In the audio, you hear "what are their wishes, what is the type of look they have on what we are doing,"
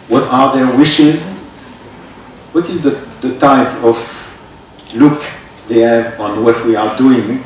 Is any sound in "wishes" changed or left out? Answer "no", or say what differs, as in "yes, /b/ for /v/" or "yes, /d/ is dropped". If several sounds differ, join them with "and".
no